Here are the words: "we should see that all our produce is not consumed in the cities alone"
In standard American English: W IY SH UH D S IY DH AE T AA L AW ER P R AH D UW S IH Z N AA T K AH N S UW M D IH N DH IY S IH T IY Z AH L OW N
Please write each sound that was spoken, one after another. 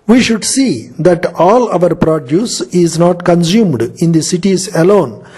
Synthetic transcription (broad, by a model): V IY SH UH D S IY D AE T AA L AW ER P R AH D UW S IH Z N AA T K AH N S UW M D IH N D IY S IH T IY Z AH L OW N